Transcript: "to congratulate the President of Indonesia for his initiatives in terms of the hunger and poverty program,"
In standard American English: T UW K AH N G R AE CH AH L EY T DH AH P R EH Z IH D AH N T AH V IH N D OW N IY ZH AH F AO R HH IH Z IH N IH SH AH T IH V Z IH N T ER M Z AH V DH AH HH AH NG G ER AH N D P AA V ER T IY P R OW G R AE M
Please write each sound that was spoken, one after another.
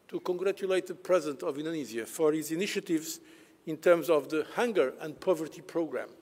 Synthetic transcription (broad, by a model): T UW K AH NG G R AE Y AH L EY T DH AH P R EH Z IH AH N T AH V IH N D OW N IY Z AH F AO R HH IH Z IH N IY SH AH T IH V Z IH N T ER M Z AH V DH AH HH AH NG G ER AH N D P AA V ER T IY P R OW G R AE M